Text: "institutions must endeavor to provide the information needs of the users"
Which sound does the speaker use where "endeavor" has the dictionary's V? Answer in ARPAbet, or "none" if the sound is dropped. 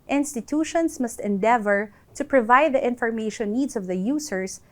V